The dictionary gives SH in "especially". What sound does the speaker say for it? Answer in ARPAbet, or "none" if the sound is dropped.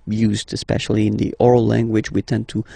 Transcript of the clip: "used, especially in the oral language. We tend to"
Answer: SH